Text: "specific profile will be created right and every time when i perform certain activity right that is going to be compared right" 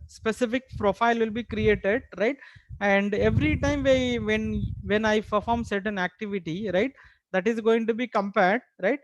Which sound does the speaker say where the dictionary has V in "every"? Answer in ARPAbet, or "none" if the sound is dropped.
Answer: V